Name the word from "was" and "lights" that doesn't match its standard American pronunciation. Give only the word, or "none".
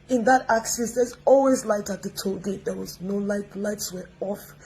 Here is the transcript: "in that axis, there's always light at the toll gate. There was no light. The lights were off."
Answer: none